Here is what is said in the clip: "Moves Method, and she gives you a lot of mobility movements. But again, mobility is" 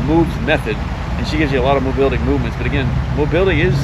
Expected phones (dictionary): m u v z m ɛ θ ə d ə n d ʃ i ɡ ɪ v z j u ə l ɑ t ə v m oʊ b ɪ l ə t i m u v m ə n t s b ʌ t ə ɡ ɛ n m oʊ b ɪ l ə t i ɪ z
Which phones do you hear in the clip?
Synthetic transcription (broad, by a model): m u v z m ɛ θ ə d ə n ʃ i ɡ ɪ v z j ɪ ə l ɑ t ə v m oʊ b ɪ l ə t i m u v m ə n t s b ʌ t ə ɡ ɛ n m oʊ b ɪ l ə t i ɪ z